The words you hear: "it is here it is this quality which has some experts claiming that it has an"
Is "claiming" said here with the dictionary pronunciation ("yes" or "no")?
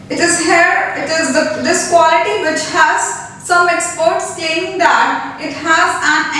no